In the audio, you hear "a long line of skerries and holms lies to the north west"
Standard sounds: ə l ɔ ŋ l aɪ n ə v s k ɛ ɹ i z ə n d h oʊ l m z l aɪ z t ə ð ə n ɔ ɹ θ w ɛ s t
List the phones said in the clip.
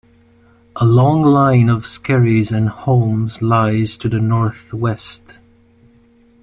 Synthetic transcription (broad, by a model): ə l ɔ ŋ l aɪ n ə v s k ɛ ɹ i z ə n h oʊ m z l aɪ z t ə ð ə n ɔ ɹ θ w ɛ s t